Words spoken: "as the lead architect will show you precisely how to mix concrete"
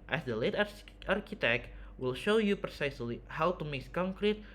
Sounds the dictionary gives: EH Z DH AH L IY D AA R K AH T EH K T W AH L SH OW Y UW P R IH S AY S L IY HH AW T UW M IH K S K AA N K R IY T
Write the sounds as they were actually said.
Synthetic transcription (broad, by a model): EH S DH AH L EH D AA R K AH T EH K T W AH L SH OW Y UW P R IH S AY S L IY HH AW T UW M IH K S K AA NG K R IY T